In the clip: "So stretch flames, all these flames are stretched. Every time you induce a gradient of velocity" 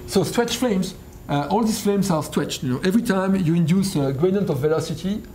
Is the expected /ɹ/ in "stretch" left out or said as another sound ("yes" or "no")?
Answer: yes